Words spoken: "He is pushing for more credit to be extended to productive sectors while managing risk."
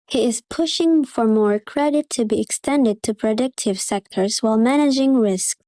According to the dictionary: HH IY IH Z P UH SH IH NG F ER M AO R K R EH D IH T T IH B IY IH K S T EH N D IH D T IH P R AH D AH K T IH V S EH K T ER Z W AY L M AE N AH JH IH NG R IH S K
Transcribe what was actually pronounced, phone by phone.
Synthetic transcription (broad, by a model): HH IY IH Z P UH SH IH NG F ER M AO R K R EH D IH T T IH B IY IH K S T EH N D IH D T IH P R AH D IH K T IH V S EH K T ER Z W AY L M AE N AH JH IH NG R IH S K